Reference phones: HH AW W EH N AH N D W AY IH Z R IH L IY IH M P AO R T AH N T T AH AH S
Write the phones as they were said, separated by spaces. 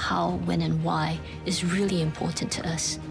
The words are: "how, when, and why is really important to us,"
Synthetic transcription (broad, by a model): HH AW W EH N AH N W AY IH Z R IH L IY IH M P AO R T N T T AH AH S